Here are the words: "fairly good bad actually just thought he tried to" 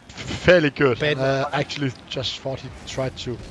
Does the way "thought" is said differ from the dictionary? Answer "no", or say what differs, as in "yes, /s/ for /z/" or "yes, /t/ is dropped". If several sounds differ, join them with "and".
yes, /f/ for /θ/